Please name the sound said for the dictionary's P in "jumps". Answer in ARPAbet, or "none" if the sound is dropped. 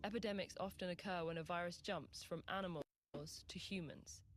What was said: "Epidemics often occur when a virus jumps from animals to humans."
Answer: P